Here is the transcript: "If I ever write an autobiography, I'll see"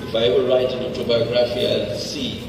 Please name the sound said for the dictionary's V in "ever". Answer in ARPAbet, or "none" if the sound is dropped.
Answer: B